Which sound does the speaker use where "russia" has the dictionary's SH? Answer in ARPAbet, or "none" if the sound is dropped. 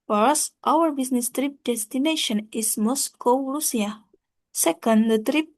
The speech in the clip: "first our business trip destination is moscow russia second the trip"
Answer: S